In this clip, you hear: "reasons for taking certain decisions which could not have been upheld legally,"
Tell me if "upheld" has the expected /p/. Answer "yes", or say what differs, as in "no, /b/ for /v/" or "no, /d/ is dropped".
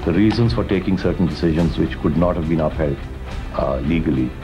yes